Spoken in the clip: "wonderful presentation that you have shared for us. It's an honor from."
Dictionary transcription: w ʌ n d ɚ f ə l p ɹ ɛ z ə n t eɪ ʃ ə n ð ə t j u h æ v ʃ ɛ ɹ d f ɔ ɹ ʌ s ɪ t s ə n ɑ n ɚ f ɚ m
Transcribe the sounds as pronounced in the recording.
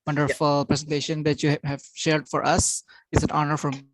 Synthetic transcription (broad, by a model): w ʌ n d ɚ f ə l p ɹ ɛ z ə n t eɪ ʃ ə n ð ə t j u h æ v ʃ ɛ ɹ d f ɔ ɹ ʌ s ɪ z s ə n ɑ n ɚ f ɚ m